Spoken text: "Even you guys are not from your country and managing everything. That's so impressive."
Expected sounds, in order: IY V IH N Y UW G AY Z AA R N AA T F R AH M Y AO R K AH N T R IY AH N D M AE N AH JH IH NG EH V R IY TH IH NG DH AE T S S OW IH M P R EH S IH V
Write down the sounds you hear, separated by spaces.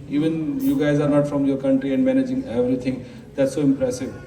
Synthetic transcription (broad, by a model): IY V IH N Y UW G AY Z AA R N AA T F R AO M Y AO R K AH N T R IY AH N D M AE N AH JH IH NG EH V R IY T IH NG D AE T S S OW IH M P R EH S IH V